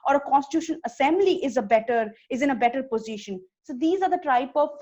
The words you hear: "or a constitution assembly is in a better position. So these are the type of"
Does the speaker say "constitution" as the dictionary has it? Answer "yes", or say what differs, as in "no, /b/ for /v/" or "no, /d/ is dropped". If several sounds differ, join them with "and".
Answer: yes